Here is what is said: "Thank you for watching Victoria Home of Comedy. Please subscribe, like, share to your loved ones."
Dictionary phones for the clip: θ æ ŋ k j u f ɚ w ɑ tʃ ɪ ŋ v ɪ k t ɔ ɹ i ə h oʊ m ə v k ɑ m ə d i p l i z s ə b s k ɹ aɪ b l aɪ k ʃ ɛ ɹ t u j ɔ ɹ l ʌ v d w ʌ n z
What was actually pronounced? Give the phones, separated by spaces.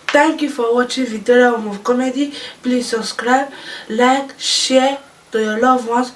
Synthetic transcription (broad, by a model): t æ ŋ k j u f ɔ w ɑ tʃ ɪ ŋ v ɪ t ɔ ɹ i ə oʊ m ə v k ɑ m ə d i p l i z s ə b s k ɹ aɪ b l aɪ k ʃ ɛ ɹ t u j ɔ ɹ l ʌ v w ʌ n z